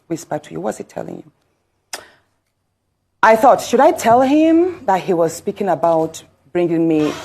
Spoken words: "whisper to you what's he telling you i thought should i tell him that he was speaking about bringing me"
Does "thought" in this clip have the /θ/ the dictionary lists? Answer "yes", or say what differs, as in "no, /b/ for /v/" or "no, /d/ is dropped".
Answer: yes